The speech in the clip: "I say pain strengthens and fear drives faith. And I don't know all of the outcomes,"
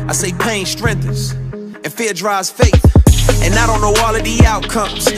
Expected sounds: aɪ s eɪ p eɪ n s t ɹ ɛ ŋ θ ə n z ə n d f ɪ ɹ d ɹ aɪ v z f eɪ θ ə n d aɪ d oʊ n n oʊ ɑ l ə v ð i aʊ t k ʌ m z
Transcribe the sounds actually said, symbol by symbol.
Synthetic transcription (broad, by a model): aɪ s eɪ p eɪ n s t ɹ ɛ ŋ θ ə z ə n f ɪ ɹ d ɹ aɪ z f eɪ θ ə n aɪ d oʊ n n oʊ ɑ l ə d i aʊ t k ʌ m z